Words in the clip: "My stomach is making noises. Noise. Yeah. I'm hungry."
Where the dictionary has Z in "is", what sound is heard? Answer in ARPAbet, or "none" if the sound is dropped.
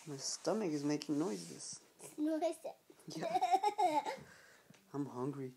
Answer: Z